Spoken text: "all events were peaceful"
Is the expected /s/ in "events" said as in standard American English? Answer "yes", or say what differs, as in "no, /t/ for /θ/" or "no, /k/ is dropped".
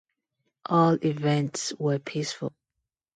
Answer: yes